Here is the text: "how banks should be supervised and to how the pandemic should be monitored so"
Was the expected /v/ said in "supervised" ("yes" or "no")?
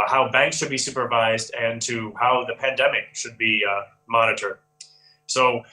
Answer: yes